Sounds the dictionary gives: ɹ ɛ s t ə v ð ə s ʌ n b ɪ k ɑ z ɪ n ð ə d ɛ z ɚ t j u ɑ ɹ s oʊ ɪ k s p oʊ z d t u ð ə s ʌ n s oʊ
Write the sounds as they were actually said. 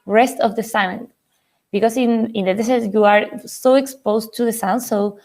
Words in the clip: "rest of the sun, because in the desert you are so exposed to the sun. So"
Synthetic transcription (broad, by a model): ɹ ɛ s t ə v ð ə s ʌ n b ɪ k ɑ s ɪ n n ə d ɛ s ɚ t j u ɑ ɹ s oʊ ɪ k s p oʊ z t u ð ə s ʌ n s oʊ